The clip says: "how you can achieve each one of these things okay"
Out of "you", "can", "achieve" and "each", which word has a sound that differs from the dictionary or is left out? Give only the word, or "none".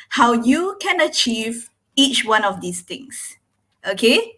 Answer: none